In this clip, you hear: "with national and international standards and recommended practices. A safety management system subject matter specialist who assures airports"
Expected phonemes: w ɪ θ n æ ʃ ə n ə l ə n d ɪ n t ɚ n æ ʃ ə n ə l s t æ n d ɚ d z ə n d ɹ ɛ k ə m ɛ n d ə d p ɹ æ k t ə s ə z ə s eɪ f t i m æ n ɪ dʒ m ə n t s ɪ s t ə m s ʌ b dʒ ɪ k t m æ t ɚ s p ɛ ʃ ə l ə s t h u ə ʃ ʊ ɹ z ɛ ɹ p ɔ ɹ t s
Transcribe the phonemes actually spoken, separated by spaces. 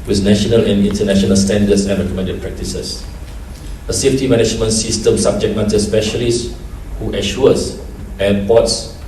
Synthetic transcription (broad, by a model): w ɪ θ n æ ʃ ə n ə l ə n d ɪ n t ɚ n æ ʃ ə n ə l s t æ n d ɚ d s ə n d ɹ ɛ k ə m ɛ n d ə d p ɹ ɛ k t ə s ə s ə s eɪ f t i m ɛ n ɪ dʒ m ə n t s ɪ s t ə m s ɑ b dʒ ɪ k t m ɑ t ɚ s p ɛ ʃ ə l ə s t h u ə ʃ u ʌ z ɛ p ɔ t s